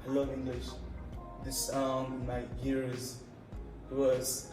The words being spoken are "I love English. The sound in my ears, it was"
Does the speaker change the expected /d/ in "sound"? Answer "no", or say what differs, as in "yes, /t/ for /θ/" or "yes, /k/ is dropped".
yes, /d/ is dropped